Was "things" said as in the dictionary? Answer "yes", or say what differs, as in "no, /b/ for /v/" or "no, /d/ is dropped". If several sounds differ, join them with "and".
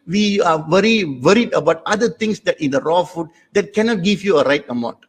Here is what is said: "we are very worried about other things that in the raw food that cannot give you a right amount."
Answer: no, /t/ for /θ/